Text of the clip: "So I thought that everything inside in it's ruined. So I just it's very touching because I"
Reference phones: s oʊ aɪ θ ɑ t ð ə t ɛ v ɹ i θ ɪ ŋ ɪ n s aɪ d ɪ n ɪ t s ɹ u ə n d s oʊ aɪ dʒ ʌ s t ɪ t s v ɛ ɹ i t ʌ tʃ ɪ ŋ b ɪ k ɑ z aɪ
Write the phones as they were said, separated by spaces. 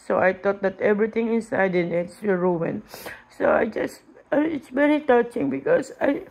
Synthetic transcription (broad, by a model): s oʊ aɪ t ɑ t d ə t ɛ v ɹ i t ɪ ŋ ɪ n s aɪ d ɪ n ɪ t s ɹ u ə n s oʊ aɪ dʒ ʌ s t ɪ t s v ɛ ɹ i t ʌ tʃ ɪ ŋ b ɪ k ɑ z aɪ